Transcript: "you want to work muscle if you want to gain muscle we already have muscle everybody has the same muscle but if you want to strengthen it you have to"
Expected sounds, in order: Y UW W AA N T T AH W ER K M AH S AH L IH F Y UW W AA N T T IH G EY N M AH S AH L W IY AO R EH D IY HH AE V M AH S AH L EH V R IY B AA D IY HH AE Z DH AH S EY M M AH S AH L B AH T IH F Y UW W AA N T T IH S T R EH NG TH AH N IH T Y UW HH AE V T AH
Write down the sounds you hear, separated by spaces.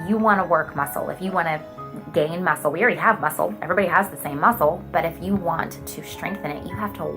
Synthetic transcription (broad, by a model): Y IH W AA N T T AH W ER K M AH S L IH F Y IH W AA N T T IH G EY N M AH S L W IY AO L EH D IY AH V M AH S L EH V R IY B AA D IY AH Z DH AH S EY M M AH S L B AH T IH F Y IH W AA N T T IH S T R EH NG TH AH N IH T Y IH HH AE F T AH